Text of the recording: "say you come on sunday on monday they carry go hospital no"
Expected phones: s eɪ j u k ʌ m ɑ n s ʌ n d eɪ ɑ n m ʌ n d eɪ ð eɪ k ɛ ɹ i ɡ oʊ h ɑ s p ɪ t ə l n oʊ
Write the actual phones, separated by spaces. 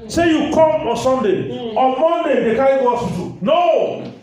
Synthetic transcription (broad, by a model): s eɪ j u k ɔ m ɑ n s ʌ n d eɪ ɑ n m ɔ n d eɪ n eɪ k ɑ i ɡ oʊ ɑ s u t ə n oʊ